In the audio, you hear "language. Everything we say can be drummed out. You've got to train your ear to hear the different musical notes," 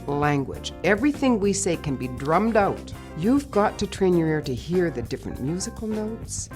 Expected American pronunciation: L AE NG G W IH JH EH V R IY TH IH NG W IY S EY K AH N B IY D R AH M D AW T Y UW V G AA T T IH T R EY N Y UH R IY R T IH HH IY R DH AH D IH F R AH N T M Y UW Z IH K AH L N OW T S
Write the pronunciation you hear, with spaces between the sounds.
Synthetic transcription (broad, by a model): L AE NG G W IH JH EH V R IY TH IH NG W IY S EY K AH N B IY D R AH M D AW T Y UW V G AA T T IH T R EY N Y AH R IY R T IH HH IY R DH AH D IH F R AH N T M Y UW Z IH K L N OW T S